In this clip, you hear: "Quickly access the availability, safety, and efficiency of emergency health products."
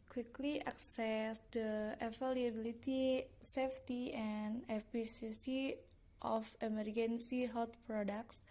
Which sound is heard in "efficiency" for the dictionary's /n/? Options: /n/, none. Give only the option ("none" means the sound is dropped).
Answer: none